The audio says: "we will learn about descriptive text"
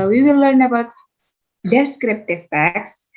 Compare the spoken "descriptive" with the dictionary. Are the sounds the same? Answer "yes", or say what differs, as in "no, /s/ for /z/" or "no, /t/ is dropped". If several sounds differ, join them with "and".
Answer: yes